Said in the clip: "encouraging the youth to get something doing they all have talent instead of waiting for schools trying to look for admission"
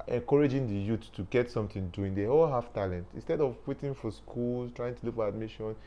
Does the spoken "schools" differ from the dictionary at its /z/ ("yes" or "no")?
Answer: yes